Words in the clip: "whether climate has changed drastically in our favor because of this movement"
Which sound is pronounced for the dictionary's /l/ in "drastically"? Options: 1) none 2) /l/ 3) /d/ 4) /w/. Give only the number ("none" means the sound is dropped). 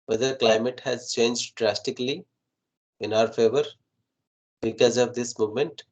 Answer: 2